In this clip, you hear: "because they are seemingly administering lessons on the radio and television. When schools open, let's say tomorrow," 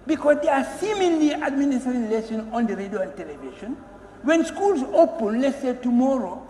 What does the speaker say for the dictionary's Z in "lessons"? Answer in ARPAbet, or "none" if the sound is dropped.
none